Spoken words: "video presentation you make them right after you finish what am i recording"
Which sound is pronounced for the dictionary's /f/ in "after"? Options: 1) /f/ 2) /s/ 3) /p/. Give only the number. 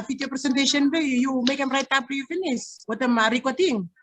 3